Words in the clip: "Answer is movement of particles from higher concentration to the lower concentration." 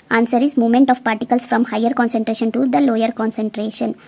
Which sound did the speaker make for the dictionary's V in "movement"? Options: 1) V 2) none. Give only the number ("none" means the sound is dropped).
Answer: 2